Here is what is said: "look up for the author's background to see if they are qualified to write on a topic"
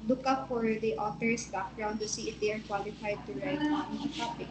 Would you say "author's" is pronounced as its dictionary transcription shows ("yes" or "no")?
no